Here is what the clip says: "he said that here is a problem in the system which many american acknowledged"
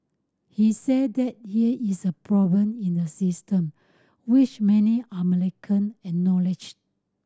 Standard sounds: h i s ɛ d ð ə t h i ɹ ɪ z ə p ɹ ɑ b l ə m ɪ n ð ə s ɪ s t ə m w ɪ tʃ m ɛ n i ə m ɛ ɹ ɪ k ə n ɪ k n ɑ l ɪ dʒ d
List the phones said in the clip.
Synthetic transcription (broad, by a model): h i s ɛ d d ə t h i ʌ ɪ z ə p ɹ ɑ b l ə m ɪ n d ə s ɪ s t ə m w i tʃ m ɛ n i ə m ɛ l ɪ k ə n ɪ n ɑ l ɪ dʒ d